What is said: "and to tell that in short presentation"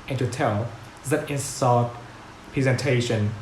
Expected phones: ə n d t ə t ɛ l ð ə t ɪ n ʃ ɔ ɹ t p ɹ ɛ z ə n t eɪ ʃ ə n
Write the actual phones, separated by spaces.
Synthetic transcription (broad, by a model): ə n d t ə t ɛ l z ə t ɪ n s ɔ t p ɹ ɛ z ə n t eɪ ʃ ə n